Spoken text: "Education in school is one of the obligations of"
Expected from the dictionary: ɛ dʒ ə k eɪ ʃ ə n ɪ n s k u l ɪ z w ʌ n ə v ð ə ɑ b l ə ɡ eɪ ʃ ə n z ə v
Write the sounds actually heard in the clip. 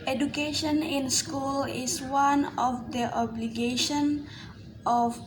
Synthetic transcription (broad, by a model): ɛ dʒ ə k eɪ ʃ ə n ɪ n s k u l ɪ s w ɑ n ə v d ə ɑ b l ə ɡ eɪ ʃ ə n ə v